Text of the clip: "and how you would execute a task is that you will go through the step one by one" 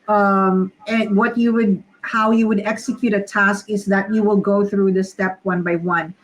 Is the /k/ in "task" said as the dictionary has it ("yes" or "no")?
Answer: yes